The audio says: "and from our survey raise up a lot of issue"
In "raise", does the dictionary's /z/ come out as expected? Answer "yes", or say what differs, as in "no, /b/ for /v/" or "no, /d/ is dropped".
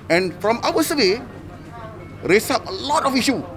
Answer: no, /s/ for /z/